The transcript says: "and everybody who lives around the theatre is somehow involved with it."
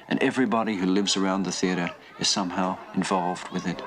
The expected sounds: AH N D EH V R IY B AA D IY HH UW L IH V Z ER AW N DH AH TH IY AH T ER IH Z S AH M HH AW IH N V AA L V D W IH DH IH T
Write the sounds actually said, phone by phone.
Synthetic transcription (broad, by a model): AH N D EH V R IY B AA D IY HH UW L IH V Z ER AW N DH AH TH IY AH T ER IH Z S AH M HH AW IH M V AA L V D W IH DH IH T